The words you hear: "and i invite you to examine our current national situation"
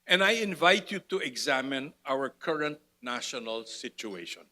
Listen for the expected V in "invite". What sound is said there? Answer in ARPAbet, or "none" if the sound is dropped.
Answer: V